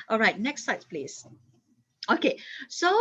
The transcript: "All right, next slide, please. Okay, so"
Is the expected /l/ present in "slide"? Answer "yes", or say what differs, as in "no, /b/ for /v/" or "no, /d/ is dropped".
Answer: no, /l/ is dropped